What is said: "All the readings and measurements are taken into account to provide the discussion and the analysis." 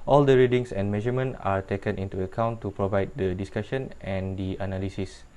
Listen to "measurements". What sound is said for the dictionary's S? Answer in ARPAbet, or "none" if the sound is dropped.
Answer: none